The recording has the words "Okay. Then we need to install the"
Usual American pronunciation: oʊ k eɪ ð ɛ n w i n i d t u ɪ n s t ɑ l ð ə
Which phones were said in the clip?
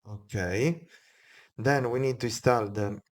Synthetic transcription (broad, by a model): oʊ k eɪ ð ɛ n w i n i d t u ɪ s t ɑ l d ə